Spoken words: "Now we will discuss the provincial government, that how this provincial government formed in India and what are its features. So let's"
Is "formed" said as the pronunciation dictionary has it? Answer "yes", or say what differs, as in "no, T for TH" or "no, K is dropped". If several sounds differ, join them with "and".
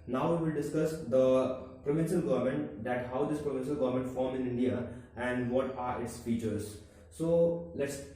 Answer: no, D is dropped